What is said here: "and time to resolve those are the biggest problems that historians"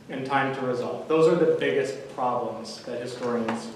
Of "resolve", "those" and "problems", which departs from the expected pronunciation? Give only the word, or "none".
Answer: none